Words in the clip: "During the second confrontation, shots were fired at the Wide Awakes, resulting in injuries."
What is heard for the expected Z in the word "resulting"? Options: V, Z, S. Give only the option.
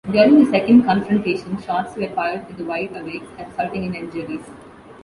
S